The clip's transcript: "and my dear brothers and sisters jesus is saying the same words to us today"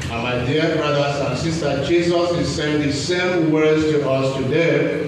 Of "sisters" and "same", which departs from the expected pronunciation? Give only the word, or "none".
sisters